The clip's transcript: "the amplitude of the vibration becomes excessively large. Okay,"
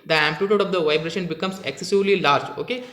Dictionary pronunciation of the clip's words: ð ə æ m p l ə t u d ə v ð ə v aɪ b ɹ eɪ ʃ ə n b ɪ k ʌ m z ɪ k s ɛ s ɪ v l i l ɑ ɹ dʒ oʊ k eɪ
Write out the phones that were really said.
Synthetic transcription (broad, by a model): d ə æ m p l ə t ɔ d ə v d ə v aɪ b ɹ eɪ ʃ ə n b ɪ k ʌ m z ɪ k s ɛ s ɪ v l i l ɑ ɹ dʒ oʊ k eɪ